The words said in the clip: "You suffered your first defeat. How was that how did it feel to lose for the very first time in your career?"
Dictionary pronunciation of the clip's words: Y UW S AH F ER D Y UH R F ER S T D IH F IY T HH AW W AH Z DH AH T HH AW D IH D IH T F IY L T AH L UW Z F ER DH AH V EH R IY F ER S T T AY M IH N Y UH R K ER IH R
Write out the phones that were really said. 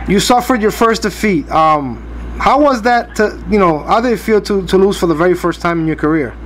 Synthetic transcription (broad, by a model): Y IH S AH F ER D Y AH R F ER S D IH F IY T HH AW W AH Z DH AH T HH AW D IH D IH T F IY L T AH L UW Z F ER DH AH V EH R IY F ER S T T AY M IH N Y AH R K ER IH R